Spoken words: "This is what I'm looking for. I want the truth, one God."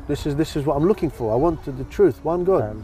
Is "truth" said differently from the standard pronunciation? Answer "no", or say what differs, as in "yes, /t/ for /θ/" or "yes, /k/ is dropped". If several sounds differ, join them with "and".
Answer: no